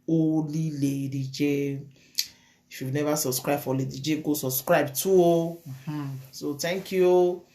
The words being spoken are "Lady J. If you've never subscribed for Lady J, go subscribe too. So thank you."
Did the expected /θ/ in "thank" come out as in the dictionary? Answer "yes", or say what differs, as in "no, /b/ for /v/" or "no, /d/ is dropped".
no, /t/ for /θ/